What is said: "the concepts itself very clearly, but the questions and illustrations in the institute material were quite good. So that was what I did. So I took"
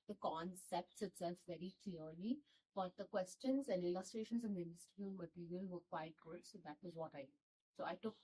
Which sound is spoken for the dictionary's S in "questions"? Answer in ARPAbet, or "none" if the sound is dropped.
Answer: S